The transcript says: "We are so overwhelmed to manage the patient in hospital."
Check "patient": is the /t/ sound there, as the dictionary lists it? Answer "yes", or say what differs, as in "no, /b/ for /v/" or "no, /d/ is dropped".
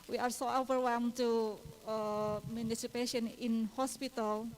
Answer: no, /t/ is dropped